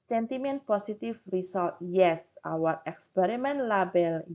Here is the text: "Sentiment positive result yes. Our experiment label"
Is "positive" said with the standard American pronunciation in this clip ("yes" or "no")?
no